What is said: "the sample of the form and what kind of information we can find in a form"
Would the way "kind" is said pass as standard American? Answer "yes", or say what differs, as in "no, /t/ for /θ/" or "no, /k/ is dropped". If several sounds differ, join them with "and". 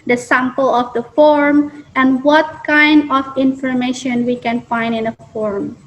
yes